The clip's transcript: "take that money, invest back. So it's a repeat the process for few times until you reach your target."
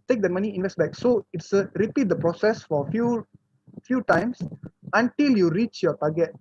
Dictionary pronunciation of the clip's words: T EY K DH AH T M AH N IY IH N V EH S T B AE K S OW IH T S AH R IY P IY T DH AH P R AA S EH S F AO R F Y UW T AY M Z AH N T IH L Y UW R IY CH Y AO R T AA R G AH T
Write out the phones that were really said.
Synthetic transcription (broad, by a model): T EY K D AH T M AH N IY IH N V EH S T B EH K S OW IH T S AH R IY P IY T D AH P R AA S EH S F AO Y F Y UW T AY M S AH N T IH L Y UW R IY CH Y AO T AA G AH T